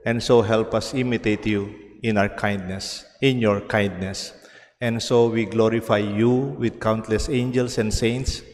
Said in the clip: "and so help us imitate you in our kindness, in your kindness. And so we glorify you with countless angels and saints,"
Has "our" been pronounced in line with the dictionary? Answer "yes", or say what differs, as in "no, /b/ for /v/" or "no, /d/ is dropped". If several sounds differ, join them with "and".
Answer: no, /w/ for /ɹ/